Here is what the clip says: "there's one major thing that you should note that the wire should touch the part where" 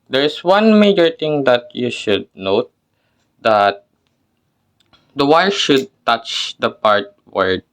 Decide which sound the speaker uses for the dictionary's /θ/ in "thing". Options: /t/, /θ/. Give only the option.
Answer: /t/